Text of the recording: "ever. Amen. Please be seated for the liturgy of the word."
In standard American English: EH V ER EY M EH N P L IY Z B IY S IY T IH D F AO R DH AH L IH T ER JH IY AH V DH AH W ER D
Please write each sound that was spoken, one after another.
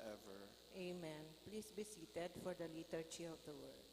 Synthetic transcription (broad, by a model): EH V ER EY M EH N P L IY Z B IY S IY T IH D F AO R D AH L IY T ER CH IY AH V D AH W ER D